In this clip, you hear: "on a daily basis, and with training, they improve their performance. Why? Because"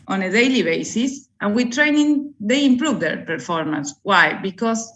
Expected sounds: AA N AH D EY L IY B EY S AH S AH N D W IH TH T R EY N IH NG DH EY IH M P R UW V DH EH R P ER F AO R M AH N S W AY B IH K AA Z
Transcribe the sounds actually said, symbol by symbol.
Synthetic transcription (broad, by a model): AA N AH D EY L IY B EY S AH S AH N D W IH T R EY N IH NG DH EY IH M P R UW V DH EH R P ER F AO R M AH N S W AY B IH K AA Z